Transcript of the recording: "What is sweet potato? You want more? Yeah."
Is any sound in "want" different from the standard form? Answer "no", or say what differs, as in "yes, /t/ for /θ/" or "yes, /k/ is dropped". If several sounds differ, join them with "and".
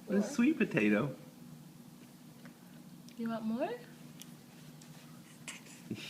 yes, /n/ is dropped